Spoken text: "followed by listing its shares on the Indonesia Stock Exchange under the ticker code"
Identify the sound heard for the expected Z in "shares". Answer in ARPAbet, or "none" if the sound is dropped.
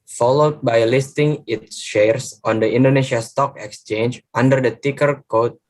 S